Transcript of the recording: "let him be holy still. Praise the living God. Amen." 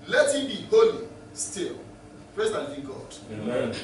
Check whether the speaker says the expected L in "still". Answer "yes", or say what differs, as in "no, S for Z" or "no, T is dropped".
yes